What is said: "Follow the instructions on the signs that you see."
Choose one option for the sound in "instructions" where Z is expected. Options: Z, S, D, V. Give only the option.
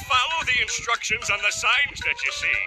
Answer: Z